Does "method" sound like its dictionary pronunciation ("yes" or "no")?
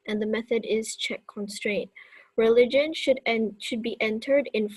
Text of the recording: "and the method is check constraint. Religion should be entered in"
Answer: yes